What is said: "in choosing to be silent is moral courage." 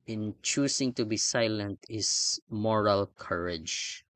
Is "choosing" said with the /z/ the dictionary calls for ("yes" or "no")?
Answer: no